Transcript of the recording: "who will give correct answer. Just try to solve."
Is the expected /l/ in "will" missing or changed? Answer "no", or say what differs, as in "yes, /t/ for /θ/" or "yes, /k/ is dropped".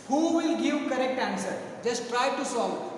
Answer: no